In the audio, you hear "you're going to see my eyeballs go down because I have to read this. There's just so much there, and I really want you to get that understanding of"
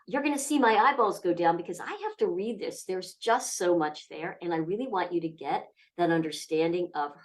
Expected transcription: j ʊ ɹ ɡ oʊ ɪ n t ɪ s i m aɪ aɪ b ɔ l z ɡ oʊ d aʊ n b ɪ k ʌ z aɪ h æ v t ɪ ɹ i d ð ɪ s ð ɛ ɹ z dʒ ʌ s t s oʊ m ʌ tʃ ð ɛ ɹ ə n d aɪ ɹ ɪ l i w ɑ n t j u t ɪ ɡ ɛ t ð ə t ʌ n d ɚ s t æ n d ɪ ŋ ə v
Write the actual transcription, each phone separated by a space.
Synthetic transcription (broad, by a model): j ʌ ɹ ɡ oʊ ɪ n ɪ s i m aɪ aɪ b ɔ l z ɡ oʊ d aʊ n b ɪ k ʌ z aɪ h æ f t ɪ ɹ i d ð ɪ s ð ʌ ɹ z dʒ ʌ s t s oʊ m ʌ tʃ ð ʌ ɹ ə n aɪ ɹ ɪ l i w ɑ n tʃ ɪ t ɪ ɡ ɛ t ð ə t ʌ n d ɚ s t æ n d ɪ ŋ ə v